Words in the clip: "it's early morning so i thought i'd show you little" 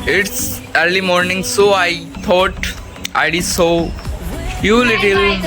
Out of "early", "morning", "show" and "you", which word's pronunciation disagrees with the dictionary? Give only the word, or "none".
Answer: show